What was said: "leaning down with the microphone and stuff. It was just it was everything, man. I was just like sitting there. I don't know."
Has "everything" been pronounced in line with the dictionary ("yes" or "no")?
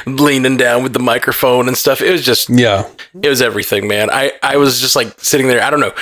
yes